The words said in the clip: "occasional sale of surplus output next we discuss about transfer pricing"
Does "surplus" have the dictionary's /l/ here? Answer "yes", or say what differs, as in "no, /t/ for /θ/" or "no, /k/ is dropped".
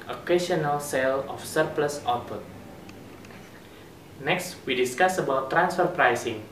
yes